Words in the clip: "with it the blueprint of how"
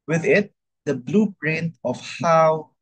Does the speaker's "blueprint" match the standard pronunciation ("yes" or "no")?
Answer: no